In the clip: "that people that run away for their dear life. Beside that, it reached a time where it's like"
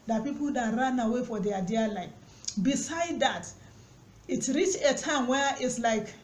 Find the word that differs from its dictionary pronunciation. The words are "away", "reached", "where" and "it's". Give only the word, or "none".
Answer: reached